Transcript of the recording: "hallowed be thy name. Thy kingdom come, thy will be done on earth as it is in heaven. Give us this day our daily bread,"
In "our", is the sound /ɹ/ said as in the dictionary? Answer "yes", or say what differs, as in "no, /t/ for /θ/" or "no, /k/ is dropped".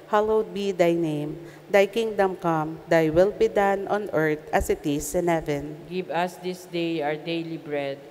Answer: yes